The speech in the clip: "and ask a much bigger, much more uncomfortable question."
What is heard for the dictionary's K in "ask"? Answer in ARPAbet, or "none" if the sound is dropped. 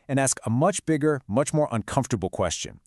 K